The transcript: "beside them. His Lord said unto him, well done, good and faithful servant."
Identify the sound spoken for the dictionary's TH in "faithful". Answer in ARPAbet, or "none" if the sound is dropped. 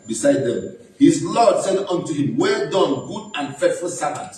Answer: T